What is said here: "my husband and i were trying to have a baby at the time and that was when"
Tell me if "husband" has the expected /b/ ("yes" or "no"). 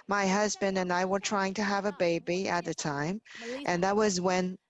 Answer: yes